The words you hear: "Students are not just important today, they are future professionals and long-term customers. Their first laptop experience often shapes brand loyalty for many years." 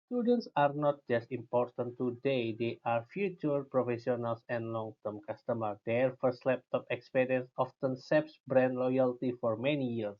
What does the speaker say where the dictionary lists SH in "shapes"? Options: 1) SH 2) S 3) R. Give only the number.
2